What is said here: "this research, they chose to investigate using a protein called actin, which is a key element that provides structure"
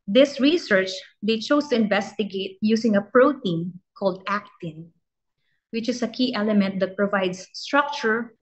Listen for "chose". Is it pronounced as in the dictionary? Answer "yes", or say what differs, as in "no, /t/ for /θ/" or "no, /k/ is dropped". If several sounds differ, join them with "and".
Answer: no, /s/ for /z/